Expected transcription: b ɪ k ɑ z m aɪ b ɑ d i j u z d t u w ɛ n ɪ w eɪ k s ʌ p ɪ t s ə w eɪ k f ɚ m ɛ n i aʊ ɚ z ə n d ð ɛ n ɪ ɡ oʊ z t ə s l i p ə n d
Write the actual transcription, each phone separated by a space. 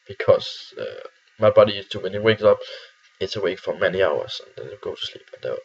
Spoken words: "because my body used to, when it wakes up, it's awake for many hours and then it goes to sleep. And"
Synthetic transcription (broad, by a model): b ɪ k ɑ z m aɪ b ɑ d i j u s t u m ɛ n ɪ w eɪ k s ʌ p ɪ t s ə w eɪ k f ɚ m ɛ n i aʊ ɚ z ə n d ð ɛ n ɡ oʊ t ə s l i p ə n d